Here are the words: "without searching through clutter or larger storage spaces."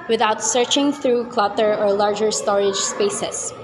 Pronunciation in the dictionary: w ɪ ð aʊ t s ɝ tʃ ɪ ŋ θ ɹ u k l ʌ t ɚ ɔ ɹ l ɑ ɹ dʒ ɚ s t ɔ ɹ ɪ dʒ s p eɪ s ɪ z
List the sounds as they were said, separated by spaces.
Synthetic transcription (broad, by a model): w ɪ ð aʊ t s ɝ tʃ ɪ ŋ θ ɹ u k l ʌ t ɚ ɔ ɹ l ɑ ɹ dʒ ɚ s t ɔ ɹ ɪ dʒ s p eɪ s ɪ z